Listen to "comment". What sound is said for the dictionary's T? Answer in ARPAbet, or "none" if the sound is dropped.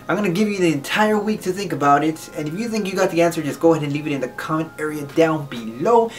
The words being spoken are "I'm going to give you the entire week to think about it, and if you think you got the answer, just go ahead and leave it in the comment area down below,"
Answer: none